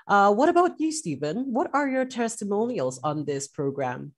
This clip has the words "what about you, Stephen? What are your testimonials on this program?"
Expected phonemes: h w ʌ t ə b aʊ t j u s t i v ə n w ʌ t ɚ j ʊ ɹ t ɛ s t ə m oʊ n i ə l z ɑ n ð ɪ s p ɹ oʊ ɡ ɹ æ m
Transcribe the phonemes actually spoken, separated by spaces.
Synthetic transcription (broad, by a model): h w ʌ t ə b aʊ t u s t i v ə n w ʌ t ɚ j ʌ ɹ t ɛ s t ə m oʊ n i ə l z n ð ɪ s p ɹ oʊ ɡ ɹ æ m